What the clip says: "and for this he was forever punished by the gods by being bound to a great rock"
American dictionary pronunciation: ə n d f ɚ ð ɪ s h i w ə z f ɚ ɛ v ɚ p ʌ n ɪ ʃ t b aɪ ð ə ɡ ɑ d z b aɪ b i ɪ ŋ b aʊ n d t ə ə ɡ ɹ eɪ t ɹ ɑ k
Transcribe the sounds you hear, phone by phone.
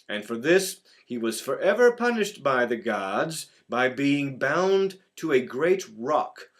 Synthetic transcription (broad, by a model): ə n f ɚ ð ɪ s h i w ə z f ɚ ɛ v ɚ p ʌ n ɪ ʃ t b aɪ ð ə ɡ ɑ d z b aɪ b i ɪ ŋ b aʊ n t ə ə ɡ ɹ eɪ t ɹ ɑ k